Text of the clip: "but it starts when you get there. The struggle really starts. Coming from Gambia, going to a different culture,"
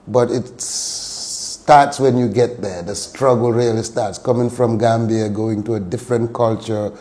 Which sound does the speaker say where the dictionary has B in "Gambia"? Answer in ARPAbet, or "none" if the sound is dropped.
B